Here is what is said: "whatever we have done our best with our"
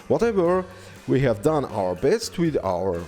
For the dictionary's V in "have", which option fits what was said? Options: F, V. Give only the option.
V